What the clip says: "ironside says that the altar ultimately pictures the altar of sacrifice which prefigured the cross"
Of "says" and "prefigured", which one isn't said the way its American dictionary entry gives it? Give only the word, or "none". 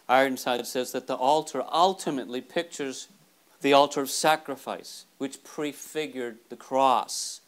none